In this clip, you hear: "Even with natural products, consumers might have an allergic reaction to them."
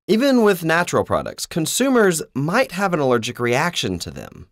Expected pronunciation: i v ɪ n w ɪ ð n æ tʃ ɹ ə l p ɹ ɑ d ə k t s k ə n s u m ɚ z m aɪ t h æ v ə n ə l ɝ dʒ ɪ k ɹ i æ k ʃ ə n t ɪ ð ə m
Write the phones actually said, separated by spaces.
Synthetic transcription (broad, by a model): i v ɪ n w ɪ ð n æ tʃ ɹ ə l p ɹ ɑ d ə k t s k ə n s u m ɚ z m aɪ t h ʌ v ə n ə l ɝ dʒ ɪ k ɹ i æ k ʃ ə n t ɪ ð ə m